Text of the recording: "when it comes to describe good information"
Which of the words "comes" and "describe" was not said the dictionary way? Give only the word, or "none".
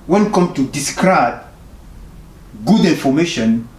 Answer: comes